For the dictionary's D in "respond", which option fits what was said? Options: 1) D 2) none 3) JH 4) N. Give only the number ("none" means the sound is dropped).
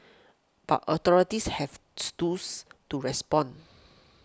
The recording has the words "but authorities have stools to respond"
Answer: 2